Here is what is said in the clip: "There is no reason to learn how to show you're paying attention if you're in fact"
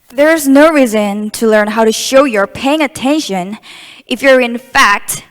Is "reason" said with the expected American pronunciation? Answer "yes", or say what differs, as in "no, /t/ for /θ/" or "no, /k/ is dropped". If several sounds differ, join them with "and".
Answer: yes